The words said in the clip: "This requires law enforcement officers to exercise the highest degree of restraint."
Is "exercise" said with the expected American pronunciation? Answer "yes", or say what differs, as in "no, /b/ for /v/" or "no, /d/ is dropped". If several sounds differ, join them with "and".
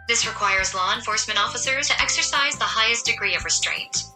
yes